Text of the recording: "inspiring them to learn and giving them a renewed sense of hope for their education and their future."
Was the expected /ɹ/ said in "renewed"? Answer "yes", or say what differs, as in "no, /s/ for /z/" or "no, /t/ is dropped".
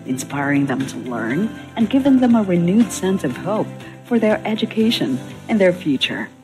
yes